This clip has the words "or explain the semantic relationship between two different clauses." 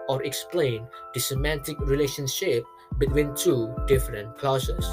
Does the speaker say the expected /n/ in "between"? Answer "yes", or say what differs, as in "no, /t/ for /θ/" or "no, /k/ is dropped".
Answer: yes